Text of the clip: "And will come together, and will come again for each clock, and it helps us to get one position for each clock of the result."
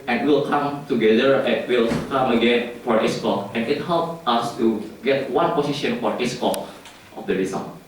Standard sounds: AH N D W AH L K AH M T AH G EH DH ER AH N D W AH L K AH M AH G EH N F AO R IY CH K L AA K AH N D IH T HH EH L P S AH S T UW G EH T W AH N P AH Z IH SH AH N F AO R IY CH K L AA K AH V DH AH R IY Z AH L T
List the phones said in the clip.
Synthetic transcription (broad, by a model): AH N W AH L K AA M T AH G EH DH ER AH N W AH L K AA M AH G EH N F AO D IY S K AA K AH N IH T HH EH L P AA S T UW G EH T W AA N P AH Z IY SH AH N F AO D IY S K AA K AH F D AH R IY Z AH